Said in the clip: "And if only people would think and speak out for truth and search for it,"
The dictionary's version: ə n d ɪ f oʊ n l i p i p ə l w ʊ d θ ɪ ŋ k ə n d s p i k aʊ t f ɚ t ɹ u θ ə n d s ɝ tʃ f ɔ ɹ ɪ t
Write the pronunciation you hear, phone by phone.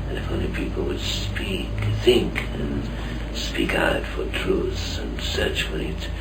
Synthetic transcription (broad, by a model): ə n ɪ f oʊ n l i p i p l w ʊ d θ ɪ ŋ k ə n s p i k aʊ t f ɚ t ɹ u θ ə n s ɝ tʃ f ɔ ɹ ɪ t